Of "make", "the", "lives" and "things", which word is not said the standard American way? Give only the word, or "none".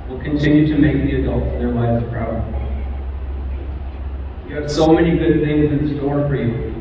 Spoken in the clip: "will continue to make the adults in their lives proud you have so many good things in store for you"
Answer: none